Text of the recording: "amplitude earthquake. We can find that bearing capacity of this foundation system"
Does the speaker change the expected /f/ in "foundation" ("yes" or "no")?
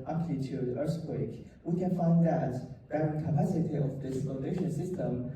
yes